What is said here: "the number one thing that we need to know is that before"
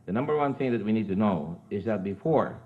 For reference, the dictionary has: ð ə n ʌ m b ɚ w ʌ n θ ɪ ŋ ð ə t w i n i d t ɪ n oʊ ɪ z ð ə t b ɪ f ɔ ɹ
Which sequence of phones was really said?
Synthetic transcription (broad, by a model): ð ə n ʌ m b ɚ w ʌ n θ ɪ ŋ ð ə t w i n i d t ɪ n oʊ ɪ z ð ə t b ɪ f ɔ ɹ